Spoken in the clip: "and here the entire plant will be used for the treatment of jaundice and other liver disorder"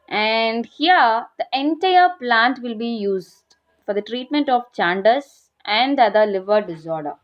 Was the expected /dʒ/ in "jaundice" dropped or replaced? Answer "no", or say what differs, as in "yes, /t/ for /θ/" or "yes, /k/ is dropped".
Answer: yes, /tʃ/ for /dʒ/